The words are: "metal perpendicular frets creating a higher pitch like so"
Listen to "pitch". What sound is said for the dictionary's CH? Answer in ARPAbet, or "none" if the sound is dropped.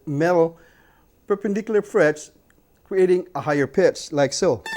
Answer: S